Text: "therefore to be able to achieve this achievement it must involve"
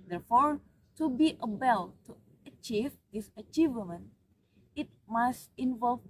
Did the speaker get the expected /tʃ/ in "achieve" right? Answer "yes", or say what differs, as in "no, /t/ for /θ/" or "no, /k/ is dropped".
yes